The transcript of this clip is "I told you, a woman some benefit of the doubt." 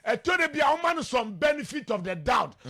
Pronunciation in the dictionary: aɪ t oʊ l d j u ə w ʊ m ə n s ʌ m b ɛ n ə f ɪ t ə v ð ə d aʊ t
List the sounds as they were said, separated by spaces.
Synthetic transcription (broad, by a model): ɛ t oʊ d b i ə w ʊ m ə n s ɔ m b ɛ n ə f ɪ t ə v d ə d aʊ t